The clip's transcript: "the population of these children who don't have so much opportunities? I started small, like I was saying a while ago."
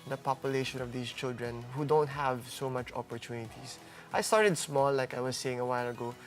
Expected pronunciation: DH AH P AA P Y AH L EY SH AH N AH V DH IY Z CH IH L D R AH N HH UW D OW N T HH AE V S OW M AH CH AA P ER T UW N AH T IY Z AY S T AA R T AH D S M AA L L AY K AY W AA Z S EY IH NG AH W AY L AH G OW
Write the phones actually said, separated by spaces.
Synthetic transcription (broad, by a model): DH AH P AA P Y AH L EY SH AH N AH V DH IY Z CH IH L D R AH N HH UW D OW N T HH AE V S OW M AH CH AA P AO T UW N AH T IY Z AY S T AA R T AH D S M AA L L AY K AY W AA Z S EY IH NG AH W AY L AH G OW